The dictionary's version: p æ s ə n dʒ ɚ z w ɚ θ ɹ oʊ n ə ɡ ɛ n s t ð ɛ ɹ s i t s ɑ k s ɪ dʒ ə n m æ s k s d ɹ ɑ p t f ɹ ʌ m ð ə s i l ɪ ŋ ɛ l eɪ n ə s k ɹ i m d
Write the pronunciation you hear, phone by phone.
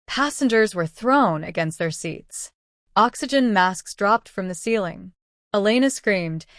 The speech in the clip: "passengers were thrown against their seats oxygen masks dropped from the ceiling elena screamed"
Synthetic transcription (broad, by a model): p æ s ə n dʒ ɚ z w ɚ θ ɹ oʊ n ə ɡ ɛ n s t ð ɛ ɹ s i t s ɑ k s ɪ dʒ ə n m æ s k s d ɹ ɑ p t f ɹ ʌ m ð ə s i l ɪ ŋ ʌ l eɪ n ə s k ɹ i m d